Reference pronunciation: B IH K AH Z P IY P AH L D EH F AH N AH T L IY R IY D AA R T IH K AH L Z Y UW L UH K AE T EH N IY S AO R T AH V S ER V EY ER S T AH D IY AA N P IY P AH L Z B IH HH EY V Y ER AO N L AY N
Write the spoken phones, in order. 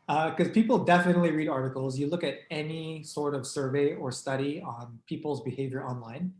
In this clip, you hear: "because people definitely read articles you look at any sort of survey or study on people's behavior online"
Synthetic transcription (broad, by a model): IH K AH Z P IY P L D EH F AH N AH T L IY R IY D AA R T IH K L Z Y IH L UH K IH T EH N IY S AO R T AH V S ER V EY ER S T AH D IY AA N P IY P L Z B IH HH EY V Y ER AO N L AY N